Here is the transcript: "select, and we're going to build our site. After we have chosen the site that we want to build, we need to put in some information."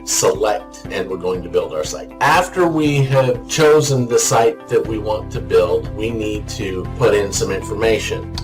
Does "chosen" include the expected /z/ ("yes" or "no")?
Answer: yes